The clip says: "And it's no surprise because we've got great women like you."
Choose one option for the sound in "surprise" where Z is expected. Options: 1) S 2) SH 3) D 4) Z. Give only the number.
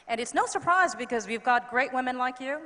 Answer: 4